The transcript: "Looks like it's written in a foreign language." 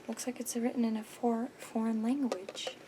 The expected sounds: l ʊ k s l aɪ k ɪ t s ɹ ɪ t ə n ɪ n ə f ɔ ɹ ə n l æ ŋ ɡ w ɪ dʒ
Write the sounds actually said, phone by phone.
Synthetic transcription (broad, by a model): l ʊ k s l aɪ k ɪ t s ɹ ɪ t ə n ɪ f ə f ɔ ɹ ə n l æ ŋ ɡ w ɪ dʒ